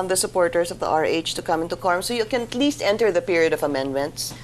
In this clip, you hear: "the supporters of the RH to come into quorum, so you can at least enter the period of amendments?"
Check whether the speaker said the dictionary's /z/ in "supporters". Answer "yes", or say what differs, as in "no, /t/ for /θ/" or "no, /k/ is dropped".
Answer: no, /s/ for /z/